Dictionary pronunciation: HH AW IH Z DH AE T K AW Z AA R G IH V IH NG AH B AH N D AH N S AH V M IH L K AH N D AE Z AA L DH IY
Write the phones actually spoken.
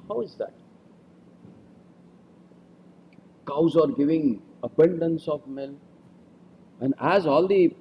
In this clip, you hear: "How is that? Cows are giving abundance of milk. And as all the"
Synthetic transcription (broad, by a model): HH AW IH Z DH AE T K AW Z AA R G IH V IH NG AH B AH N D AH N S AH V M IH L AH N D AE Z AA L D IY